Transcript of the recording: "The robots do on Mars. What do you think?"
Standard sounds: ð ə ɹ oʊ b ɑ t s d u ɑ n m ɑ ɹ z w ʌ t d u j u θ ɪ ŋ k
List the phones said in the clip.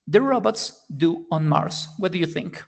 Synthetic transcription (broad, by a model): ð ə ɹ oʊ b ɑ t s d u ɑ n m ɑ ɹ s w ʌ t d u j u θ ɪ ŋ k